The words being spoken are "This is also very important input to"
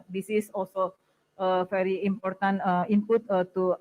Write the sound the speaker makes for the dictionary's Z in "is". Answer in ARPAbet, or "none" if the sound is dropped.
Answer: S